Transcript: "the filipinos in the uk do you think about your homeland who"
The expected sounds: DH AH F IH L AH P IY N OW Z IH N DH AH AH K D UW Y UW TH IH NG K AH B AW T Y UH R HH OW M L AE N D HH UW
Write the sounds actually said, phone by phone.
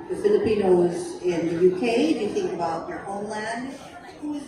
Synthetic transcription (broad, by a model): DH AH F IH L AH P IY N OW Z IH N DH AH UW K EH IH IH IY TH IH NG K AH B AW T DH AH R HH OW M L AE N D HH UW